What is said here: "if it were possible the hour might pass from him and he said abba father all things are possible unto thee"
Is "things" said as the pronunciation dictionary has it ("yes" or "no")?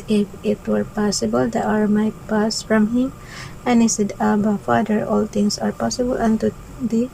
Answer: no